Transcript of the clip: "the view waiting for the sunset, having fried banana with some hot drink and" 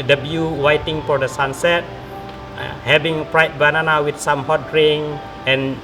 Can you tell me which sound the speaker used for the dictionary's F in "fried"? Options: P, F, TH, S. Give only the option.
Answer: P